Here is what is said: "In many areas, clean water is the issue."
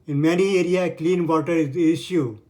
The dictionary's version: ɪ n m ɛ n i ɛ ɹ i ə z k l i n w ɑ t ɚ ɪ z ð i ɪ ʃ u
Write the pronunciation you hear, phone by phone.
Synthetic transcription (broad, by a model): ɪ n m ɛ n i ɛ ɹ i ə k l i n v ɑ t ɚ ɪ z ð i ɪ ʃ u